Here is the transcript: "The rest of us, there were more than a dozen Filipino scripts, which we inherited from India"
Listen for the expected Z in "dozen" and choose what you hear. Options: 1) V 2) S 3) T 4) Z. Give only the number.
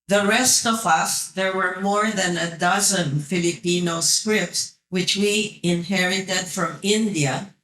4